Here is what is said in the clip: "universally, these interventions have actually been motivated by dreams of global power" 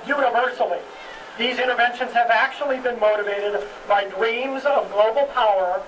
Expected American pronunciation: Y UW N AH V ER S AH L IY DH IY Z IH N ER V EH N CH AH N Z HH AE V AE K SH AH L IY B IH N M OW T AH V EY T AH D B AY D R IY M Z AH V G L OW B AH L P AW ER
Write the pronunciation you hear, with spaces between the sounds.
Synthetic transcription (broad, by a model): Y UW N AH V ER S L IY DH IY Z IH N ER V EH N SH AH N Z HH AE V AE K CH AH L IY B IH N M OW T AH V EY T AH D B AY D R IY M Z AH V G L OW B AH L P AW ER